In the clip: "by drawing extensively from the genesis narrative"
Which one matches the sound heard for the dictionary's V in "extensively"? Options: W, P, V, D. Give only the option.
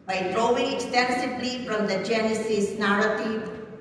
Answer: P